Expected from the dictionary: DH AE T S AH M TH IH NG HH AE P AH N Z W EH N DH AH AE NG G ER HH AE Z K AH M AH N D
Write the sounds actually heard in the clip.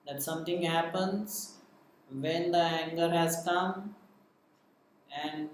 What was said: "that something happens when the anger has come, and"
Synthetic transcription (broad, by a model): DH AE T S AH M T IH NG HH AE P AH N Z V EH N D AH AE NG G ER HH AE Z K AH M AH N D